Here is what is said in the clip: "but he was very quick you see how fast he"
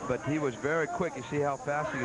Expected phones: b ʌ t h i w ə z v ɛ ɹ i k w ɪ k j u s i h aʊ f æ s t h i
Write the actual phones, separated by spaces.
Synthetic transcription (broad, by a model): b ʌ t h i w ə z v ɛ ɹ i k w ɪ k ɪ s i h aʊ f æ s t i